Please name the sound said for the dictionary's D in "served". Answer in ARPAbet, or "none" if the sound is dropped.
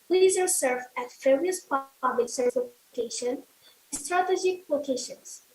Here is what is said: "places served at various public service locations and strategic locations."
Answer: none